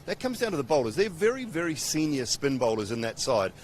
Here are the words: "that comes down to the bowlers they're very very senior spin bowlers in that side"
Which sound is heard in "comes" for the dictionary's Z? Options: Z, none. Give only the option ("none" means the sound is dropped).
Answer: Z